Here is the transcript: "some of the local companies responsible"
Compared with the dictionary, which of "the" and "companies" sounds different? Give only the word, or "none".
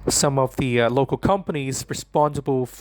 none